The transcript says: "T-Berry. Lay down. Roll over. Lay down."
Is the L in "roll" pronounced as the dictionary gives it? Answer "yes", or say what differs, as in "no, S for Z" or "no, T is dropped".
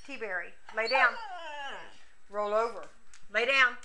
yes